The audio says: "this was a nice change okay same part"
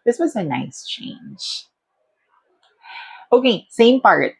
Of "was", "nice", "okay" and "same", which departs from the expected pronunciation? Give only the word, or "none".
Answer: none